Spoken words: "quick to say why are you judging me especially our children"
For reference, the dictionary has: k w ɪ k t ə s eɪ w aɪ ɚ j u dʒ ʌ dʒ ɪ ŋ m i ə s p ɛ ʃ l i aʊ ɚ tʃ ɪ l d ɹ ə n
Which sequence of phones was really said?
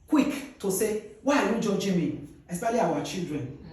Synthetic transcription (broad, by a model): k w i k t ə s eɪ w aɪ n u dʒ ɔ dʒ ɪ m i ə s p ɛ l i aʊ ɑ tʃ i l d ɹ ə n